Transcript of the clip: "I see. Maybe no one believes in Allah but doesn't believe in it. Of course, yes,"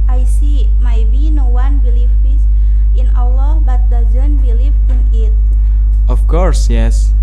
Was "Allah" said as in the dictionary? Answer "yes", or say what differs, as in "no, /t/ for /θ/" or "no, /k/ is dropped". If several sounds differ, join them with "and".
no, /w/ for /l/